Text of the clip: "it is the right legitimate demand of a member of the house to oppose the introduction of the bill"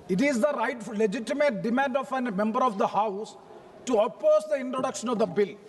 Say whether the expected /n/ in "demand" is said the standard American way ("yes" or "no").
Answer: yes